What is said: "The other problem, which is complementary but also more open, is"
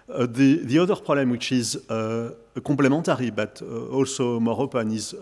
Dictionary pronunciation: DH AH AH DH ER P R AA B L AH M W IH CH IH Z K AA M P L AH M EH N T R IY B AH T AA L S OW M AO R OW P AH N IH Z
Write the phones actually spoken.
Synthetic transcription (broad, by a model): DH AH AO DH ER P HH AA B L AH M W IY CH IH Z K AA P L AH M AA T R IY B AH T AA L S OW M AO R OW P AH N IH Z